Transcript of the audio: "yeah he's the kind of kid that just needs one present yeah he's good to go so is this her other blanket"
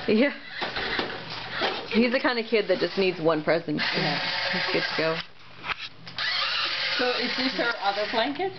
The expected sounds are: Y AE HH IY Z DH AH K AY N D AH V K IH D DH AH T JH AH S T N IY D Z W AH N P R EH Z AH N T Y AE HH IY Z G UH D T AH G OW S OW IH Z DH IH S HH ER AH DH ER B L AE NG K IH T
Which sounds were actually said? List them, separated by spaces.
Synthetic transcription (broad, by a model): Y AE HH IY Z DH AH K AY N D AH K IH D DH AH T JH AH S N IY D Z W AH N P R EH Z AH N T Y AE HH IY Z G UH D T AH G OW S OW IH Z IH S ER AH DH ER B L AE NG K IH T